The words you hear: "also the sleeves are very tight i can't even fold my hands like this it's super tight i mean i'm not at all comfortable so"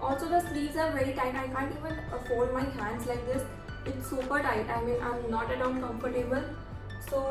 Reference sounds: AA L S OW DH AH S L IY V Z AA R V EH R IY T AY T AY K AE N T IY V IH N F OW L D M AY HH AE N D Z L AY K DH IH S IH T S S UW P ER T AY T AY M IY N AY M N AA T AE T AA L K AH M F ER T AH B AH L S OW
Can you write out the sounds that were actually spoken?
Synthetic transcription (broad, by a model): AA L S OW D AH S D IY Z AA R V EH R IY T AY T AY K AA N T IY V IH N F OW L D M AY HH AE N D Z L AY K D IH S IH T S S UW P ER T AY T AY M IY N AY M N AA T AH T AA N K AH M F ER T AH B AH L S OW